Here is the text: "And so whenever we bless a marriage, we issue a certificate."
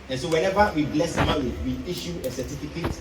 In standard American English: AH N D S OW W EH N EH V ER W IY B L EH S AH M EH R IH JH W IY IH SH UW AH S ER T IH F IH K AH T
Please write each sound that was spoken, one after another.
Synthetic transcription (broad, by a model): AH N S OW W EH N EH V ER W IY B L EH S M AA W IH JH W IY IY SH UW AH S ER T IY F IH K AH T